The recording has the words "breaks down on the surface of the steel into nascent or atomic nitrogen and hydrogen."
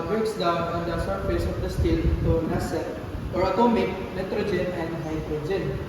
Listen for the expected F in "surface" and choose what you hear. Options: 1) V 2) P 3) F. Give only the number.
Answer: 2